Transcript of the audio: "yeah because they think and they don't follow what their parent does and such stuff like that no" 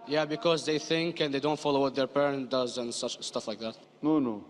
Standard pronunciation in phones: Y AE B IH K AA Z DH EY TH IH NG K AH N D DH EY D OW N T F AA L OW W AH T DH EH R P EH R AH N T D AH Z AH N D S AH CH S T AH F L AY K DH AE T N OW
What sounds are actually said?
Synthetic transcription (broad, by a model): Y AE B IH K AA Z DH EY TH IH NG K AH N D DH EY D OW N T F AA L OW W AH T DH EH R P EH R AH N T D AH Z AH N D S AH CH S T AH F L AY K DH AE T N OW